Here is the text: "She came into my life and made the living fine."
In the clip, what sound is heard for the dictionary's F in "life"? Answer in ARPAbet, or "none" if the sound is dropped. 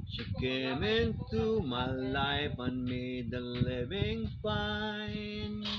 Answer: P